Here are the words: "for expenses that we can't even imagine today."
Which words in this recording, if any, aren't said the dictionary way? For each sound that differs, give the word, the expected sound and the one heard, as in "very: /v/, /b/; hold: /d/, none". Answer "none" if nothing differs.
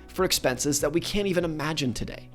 none